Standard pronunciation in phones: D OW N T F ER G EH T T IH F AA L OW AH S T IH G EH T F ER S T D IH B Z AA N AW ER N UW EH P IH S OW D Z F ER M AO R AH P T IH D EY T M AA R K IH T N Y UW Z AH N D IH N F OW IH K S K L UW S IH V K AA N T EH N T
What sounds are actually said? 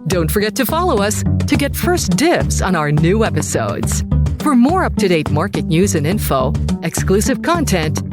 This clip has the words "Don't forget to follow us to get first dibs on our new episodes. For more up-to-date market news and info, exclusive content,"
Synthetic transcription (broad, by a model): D OW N T F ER G EH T T IH F AA L OW AH S T IH G EH T F ER S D IH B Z N AW ER N UW EH P IH S OW D Z F ER M AO R AH P T IH D EY T M AA R K IH T N Y UW Z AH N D IH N F OW IH K S K L UW S IH V K AA N T EH N T